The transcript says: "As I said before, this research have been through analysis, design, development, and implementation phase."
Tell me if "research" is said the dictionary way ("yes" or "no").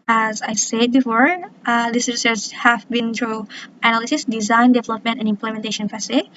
no